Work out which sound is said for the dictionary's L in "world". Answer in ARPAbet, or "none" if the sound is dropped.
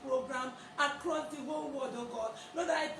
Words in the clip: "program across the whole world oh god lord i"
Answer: none